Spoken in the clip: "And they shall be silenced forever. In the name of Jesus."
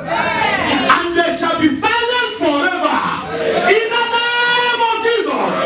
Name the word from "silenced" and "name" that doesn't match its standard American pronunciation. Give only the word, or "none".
silenced